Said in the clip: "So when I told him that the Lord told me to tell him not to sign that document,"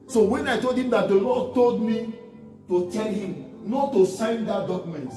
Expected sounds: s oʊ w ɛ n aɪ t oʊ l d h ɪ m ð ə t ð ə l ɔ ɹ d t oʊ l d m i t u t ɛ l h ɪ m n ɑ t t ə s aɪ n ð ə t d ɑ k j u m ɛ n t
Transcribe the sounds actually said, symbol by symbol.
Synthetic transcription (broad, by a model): s oʊ w ɛ n aɪ t oʊ l d h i m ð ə t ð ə l ɔ d t oʊ l d m i t u t ɛ l h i m n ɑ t t ə s aɪ n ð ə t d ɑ k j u m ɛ n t